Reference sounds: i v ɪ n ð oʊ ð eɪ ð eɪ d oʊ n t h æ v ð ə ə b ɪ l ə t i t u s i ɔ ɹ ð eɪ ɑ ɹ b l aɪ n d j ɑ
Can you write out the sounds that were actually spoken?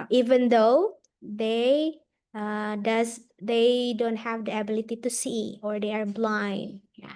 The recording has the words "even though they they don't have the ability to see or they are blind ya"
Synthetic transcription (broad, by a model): i v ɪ n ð oʊ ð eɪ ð eɪ d oʊ n t h æ v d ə ə b ɪ l ə t i t u s i ɔ ɹ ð eɪ ɑ ɹ b l aɪ n d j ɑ